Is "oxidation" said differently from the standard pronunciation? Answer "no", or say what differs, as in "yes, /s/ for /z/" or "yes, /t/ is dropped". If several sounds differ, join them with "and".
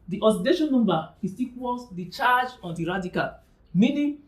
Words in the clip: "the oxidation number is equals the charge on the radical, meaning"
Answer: yes, /k/ is dropped